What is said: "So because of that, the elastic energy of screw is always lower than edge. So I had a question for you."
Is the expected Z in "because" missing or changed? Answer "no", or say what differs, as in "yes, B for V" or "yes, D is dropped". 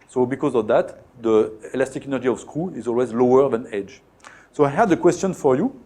no